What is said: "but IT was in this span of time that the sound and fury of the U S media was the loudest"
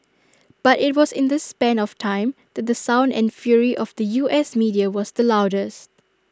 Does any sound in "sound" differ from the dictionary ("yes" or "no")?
no